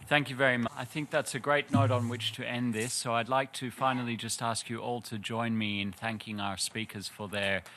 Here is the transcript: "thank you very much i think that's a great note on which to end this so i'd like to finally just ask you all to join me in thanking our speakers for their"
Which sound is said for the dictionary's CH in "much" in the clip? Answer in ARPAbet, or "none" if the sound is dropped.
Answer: none